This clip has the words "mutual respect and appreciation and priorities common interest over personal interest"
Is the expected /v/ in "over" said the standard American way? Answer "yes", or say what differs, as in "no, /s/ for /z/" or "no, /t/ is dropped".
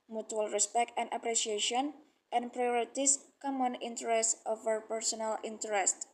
no, /f/ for /v/